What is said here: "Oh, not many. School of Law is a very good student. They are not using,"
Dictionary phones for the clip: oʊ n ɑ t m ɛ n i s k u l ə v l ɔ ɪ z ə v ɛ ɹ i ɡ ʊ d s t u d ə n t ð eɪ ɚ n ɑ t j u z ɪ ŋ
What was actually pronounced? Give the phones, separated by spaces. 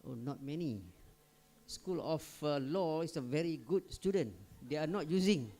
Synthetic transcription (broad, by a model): oʊ n ɑ t m ɛ n i s k u l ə f l ɔ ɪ s ə v ɛ ɹ i ɡ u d s t u d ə n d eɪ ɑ n ɑ t j u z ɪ ŋ